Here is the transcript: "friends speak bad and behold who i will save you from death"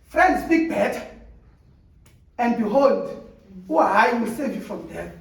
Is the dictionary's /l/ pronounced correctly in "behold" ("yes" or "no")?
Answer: yes